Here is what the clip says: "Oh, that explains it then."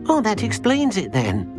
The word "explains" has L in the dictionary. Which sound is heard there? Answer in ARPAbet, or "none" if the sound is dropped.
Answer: L